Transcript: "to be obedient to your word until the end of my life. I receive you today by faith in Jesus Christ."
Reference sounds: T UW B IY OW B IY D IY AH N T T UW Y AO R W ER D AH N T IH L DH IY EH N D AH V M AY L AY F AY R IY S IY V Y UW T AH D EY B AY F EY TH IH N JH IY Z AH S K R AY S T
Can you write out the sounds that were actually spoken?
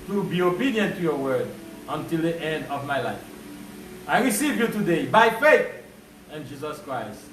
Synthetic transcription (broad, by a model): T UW B IY OW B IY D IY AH N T T UW Y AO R W ER D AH N T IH L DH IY EH N D AH V M AY L AY F AY R IY S IY V Y UW T AH D EY B AY F EY TH IH N JH IY Z AH S K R AY S T